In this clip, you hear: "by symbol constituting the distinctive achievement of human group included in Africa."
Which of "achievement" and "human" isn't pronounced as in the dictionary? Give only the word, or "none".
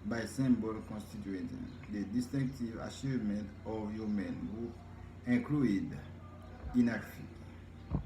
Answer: achievement